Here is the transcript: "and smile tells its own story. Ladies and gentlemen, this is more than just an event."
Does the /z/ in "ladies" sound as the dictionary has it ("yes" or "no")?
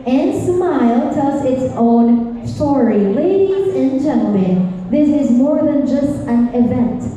yes